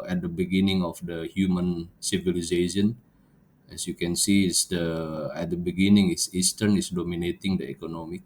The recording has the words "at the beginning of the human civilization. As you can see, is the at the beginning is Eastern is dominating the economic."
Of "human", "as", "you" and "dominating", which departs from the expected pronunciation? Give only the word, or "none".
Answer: as